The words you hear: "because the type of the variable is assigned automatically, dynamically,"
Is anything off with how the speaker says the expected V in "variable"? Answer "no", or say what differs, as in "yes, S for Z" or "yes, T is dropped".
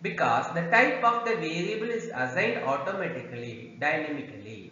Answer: no